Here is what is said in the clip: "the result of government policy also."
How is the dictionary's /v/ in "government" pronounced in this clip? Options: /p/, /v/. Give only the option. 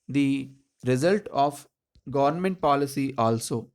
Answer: /v/